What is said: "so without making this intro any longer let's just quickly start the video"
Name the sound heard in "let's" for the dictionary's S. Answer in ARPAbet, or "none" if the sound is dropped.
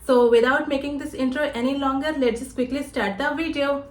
none